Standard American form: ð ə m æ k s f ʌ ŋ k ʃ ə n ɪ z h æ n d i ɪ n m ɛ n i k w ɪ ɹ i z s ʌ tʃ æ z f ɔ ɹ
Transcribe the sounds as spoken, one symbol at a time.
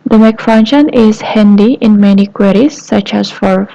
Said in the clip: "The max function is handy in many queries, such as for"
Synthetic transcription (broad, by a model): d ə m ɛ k f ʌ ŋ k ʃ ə n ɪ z h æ n d i ɪ n m ɛ n i k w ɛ ɹ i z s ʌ tʃ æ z f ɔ ɹ